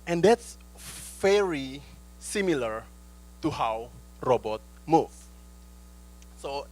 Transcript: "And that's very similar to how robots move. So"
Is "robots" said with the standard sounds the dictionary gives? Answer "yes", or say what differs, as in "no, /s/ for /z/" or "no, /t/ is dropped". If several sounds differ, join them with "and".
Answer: no, /s/ is dropped